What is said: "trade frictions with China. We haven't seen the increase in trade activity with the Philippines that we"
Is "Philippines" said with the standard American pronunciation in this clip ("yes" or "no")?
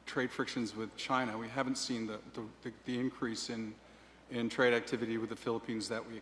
yes